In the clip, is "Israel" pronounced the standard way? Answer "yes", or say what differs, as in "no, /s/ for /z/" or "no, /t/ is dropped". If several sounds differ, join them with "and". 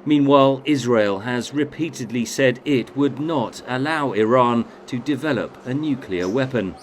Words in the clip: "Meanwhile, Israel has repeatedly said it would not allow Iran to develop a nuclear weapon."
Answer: yes